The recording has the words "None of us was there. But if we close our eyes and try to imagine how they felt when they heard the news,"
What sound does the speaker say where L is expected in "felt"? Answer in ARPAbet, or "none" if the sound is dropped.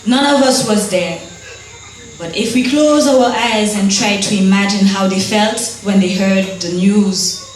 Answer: L